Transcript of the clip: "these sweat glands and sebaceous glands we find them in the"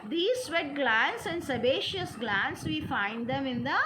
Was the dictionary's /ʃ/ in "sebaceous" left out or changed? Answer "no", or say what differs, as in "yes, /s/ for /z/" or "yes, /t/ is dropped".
no